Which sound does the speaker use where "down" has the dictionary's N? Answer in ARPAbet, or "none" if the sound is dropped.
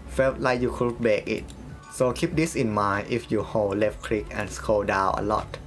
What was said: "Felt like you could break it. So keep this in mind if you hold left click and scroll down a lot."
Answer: none